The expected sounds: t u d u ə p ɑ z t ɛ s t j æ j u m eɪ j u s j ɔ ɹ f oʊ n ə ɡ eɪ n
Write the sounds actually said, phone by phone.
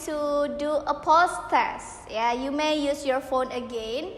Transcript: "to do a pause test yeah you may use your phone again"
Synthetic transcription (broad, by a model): t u d u ə p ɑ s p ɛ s j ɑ j u m eɪ j u s j ɔ ɹ f oʊ n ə ɡ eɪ n